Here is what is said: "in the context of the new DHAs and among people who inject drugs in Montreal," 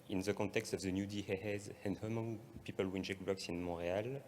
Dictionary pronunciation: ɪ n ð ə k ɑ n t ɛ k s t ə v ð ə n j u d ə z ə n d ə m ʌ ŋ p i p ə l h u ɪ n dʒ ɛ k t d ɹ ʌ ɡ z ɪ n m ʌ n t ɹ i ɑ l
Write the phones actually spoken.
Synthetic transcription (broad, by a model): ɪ n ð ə k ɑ t ɛ k s t ə v ð ə n j u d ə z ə n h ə m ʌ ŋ p i p ə l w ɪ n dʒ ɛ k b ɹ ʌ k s ɪ n m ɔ ɹ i ɑ l